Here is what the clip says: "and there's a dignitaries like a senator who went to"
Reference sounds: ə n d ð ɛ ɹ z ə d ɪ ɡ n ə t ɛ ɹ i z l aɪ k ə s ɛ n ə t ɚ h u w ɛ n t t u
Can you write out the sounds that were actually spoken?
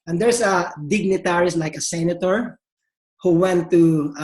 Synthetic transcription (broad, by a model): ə n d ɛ ɹ s ə d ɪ ɡ n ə t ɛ ɹ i s l aɪ k ə s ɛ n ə t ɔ h u w ɛ n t t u